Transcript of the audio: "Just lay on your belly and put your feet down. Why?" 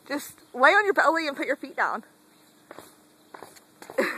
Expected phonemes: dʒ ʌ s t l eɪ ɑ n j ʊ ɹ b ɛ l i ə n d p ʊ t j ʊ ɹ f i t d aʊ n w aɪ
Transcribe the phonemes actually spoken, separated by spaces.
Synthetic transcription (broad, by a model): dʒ ʌ s t w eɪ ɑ n j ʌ ɹ b ɛ l i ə n p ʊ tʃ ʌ ɹ f i t d aʊ n